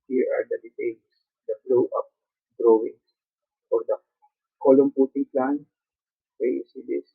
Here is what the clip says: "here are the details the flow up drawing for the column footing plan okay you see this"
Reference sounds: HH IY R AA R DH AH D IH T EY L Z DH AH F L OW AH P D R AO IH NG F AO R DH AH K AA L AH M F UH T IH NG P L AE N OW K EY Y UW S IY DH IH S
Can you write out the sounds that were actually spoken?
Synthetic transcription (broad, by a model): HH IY R AA R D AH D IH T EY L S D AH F L OW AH P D R AO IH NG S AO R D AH K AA L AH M P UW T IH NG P L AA N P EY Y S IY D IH S